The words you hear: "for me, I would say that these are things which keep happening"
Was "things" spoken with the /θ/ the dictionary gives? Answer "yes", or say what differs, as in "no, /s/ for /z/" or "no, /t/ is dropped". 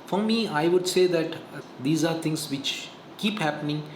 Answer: no, /t/ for /θ/